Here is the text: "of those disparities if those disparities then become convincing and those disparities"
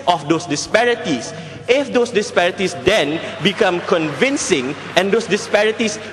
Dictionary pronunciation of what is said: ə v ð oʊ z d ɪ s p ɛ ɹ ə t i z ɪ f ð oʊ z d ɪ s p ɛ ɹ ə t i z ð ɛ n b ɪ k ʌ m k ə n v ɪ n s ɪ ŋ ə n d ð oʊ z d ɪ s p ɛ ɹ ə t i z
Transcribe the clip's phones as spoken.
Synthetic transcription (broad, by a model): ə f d oʊ s d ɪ s p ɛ ɹ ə t i s ɪ f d oʊ s d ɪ s p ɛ ɹ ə t i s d ɛ n b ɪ k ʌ m k ə n v ɪ n s ɪ ŋ ə n d oʊ s d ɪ s p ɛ ɹ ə t i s